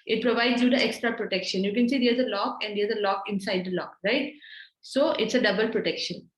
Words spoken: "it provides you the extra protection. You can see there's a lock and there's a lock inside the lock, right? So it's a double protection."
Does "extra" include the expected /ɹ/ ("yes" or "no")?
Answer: yes